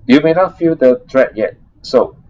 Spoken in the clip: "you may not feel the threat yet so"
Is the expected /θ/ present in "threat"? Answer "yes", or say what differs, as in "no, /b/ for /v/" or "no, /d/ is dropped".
no, /t/ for /θ/